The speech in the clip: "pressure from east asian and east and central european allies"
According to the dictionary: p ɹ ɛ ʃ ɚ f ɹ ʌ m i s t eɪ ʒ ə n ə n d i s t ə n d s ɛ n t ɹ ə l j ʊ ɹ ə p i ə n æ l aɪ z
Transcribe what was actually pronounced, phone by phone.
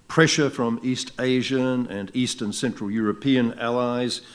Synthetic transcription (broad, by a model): p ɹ ɛ ʃ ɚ f ɹ ʌ m i s t eɪ ʒ ə n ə n i s t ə n s ɛ n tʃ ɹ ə l j ʊ ɹ ə p i ə n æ l aɪ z